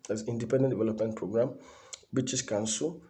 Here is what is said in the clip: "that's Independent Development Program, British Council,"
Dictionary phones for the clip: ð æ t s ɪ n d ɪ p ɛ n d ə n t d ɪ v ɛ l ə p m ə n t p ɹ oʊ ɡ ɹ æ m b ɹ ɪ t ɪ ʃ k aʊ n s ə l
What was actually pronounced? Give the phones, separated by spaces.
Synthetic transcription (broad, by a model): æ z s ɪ n d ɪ p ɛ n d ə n d ɪ v ɛ l ə p m ə n t p ɹ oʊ ɡ ɹ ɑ m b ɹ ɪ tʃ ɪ s k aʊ n s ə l